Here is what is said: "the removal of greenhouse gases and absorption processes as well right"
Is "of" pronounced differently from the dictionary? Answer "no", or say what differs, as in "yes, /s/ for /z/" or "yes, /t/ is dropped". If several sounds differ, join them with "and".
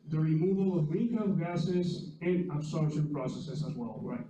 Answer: no